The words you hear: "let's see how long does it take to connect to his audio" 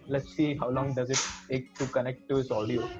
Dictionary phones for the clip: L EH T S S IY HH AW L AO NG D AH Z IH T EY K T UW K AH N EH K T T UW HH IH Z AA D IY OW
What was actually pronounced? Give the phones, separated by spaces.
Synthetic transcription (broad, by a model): L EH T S S IY HH AW L AO NG D AH Z IH T EY K T UW K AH N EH K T T UW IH S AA D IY OW